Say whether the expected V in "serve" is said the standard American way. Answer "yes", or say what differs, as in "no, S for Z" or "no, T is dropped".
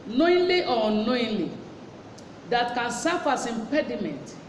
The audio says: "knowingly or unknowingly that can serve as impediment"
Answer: no, F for V